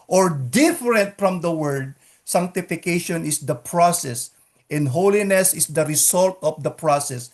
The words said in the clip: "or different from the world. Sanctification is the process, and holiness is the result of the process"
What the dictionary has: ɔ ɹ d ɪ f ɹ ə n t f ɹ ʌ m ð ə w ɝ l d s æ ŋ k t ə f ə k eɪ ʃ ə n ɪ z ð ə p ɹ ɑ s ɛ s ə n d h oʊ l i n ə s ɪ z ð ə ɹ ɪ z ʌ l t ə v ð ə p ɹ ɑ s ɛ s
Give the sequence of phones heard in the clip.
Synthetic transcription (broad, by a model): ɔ ɹ d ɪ f ɹ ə n t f ɹ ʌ m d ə w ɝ d s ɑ ŋ k t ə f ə k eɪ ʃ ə n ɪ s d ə p ɹ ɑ s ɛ s ə n d h oʊ l i n ə s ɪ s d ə ɹ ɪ s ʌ l t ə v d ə p ɹ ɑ s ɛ s